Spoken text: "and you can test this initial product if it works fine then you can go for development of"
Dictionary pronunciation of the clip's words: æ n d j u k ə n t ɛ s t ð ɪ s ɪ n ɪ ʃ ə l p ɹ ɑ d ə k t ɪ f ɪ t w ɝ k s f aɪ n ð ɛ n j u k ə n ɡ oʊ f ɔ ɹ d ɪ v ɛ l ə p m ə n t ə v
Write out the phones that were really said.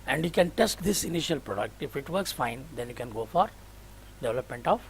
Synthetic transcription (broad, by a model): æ n d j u k ə n t ɛ s t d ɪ s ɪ n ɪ ʃ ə l p ɹ ɑ d ə k t ɪ f ɪ t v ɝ k s f aɪ n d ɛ n j u k ə n ɡ oʊ f ɔ ɹ d ɪ v ɛ l ə p m ə n t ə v